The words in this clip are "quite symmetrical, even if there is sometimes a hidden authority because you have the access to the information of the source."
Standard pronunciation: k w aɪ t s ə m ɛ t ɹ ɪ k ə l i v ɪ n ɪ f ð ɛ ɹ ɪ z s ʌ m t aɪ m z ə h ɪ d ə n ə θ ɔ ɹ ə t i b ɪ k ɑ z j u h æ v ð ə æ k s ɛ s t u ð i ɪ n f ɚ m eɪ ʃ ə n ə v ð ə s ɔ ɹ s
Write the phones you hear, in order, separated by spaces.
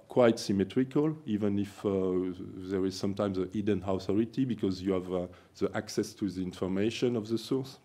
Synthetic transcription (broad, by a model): k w aɪ t s ə m ɛ t ɹ ɪ k ə l i v ɪ n ɪ f ð ɛ ɹ ɪ z s ʌ m t aɪ m z ə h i d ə n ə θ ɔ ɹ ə t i b ɪ k ɑ z j u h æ v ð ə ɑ k s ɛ s t u ð i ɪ n f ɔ m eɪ ʃ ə n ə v ð ə s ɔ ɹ s